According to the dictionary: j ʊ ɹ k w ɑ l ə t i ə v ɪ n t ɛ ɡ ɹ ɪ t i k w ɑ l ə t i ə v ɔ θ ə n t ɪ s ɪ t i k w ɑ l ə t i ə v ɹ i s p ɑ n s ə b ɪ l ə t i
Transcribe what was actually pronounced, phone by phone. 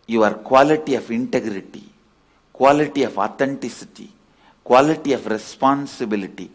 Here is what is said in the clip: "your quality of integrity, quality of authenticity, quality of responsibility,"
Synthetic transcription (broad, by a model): j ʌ ɹ k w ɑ l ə t i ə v ɪ n t ɛ ɡ ɹ ɪ t i k w ɑ l ə t i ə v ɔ t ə n t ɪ s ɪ t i k w ɑ l ə t i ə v ɹ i s p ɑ n s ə b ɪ l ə t i